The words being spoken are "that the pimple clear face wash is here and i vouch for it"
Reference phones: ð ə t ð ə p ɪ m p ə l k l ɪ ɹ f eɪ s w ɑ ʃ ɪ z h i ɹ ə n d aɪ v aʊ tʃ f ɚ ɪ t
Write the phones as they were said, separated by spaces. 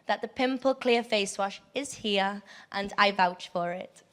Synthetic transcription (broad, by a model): ð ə t ð ə p ɪ m p ə l k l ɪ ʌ f eɪ s w ɑ ʃ ɪ z h i ɹ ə n aɪ v aʊ tʃ f ɚ ɪ t